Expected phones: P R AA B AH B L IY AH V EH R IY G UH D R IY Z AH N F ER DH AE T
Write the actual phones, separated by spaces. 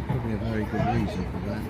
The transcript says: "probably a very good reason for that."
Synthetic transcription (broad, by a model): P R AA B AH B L IY AH V EH R IY G UH D R IY Z AH N F ER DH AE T